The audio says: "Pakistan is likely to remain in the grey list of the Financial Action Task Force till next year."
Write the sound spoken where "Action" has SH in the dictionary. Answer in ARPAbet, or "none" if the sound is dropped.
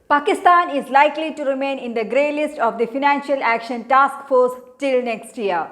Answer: SH